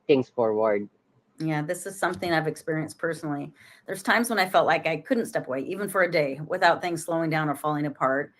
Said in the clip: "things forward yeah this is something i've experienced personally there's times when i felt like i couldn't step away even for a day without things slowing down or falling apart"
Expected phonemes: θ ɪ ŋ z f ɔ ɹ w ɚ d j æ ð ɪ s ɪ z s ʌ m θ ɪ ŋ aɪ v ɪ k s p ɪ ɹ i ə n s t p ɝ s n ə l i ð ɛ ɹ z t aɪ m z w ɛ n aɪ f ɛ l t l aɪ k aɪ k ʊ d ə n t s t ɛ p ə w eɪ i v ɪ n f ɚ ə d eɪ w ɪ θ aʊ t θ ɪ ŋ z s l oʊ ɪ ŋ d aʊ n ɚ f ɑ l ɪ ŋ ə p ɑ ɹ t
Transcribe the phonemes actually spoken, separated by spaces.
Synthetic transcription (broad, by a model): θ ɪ ŋ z f ɔ ɹ w ɚ d j æ ð ɪ s ɪ z s ʌ m θ ɪ ŋ aɪ v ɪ k s p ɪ ɹ i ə n s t p ɝ s n l i ð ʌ ɹ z t aɪ m z w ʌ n aɪ f ɛ l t l aɪ k aɪ k ʊ d n t s t ɛ p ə w eɪ i v ɪ n f ɚ ə d eɪ w ɪ θ aʊ t θ ɪ ŋ z s l oʊ ɪ ŋ d aʊ n ɚ f ɑ l ɪ ŋ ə p ɑ ɹ t